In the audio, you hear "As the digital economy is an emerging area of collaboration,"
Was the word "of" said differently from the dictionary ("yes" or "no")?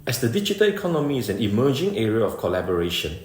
yes